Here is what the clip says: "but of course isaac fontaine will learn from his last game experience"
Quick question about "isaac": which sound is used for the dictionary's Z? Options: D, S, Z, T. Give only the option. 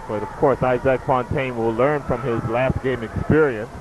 Z